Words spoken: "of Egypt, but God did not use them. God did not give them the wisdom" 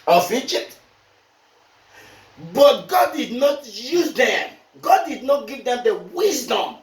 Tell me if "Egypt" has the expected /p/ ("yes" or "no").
no